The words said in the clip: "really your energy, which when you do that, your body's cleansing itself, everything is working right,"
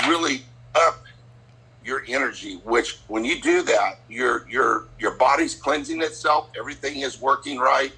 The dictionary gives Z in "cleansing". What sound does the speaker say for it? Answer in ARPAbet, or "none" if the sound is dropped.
Z